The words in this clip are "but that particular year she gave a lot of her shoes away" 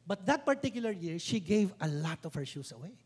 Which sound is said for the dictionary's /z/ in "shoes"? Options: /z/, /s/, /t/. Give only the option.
/s/